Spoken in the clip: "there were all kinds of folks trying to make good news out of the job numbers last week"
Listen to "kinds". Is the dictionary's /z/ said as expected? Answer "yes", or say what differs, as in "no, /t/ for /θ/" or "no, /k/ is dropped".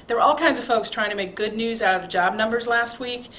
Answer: yes